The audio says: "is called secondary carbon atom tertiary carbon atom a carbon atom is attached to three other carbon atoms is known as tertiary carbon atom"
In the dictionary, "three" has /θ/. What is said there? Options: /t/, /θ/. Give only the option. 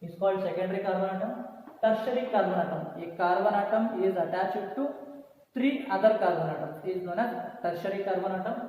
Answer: /t/